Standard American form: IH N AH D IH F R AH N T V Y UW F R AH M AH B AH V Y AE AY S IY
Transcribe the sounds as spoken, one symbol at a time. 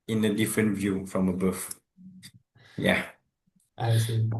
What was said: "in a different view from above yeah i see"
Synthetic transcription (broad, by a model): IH N AH D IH F R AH N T V Y UW F R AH M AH B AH F Y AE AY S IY